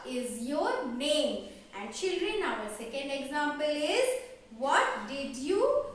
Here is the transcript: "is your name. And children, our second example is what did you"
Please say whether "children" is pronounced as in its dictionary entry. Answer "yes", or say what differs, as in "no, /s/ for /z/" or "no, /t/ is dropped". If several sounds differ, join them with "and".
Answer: yes